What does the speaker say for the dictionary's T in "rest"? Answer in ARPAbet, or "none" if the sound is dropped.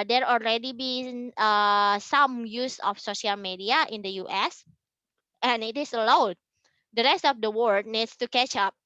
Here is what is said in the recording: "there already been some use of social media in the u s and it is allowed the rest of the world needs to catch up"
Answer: T